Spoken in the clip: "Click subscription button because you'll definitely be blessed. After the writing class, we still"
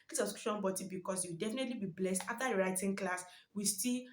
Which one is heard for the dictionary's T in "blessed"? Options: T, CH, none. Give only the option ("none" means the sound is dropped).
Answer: T